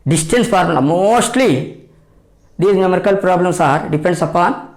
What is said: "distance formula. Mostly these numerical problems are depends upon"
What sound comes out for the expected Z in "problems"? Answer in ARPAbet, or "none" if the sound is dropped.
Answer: S